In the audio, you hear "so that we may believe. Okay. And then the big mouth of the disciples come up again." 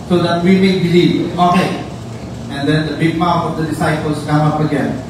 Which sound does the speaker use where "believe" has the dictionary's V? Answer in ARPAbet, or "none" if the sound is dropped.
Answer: none